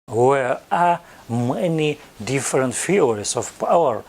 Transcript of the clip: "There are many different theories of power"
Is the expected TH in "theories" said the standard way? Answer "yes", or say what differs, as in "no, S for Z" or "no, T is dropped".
no, F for TH